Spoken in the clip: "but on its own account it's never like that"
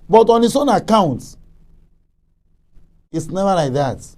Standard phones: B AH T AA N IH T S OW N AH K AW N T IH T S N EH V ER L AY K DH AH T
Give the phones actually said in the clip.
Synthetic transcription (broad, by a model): B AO T AA N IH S OW N AH K AW N T IH T S N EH V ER L AY K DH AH T